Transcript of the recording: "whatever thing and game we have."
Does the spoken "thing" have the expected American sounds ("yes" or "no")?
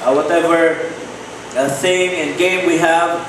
no